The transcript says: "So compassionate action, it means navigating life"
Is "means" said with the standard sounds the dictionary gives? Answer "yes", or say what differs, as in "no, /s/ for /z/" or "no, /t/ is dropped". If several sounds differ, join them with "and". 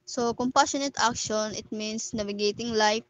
no, /s/ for /z/